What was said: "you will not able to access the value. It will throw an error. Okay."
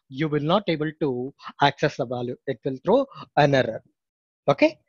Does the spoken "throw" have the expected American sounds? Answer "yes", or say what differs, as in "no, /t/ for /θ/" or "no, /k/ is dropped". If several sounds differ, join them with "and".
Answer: no, /t/ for /θ/